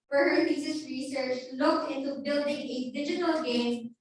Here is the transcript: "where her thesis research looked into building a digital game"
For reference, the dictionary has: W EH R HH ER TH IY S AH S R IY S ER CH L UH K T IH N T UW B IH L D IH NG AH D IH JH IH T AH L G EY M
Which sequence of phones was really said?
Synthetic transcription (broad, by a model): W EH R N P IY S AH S R IY S ER CH L UH K T IH N T UW B IH L D IH NG AH D IH JH IH T AH L G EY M